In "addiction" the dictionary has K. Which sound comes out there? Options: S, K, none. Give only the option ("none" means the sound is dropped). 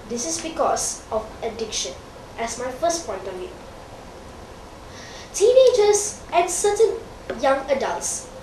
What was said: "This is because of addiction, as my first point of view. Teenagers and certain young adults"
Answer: K